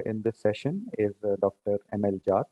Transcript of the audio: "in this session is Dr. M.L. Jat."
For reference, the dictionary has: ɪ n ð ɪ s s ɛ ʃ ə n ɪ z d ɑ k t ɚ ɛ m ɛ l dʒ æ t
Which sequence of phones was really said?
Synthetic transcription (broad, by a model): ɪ n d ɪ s s ɛ ʃ ə n ɪ z d ɑ k t ɚ ɛ m ɛ l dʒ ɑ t